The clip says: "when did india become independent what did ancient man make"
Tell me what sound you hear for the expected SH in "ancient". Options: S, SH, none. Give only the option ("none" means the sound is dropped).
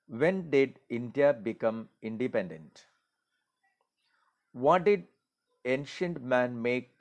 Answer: SH